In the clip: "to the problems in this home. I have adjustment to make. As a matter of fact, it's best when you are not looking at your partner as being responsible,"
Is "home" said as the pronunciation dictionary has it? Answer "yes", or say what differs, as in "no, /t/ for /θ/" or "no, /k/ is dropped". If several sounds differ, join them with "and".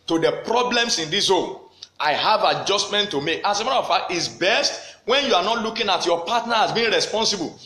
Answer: no, /m/ is dropped